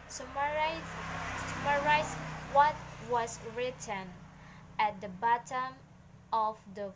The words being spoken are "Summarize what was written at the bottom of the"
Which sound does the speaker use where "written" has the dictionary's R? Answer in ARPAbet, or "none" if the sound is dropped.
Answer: R